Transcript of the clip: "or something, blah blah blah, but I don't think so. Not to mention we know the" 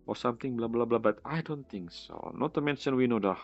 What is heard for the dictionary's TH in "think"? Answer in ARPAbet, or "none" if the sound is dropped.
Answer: T